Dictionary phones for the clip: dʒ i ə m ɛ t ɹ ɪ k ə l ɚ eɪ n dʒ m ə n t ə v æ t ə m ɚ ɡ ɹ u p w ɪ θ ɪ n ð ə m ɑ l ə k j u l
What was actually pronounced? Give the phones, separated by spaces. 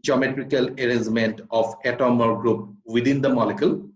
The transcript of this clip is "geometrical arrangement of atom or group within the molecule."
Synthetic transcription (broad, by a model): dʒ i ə m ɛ t ɹ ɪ k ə l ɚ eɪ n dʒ m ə n t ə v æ t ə m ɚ ɡ ɹ u p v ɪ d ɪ n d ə m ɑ l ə k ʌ l